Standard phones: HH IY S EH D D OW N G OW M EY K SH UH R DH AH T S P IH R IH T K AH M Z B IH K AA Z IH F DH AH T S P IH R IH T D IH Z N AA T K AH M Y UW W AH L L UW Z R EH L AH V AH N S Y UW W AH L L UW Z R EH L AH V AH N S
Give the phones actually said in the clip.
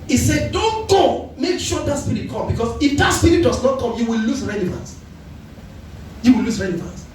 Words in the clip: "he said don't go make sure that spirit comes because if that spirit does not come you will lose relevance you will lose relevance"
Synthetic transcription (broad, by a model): IY S EH D D OW N G OW M EY K SH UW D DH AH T S P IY R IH T K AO M B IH K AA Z IH F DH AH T S P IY R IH T D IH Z N AA T K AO M Y UW W AH L L UW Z R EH L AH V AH N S Y UW W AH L L UW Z R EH L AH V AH N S